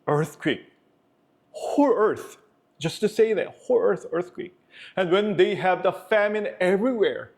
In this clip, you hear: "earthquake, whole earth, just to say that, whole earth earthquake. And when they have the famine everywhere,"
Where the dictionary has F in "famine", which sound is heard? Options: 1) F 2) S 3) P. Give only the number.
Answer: 1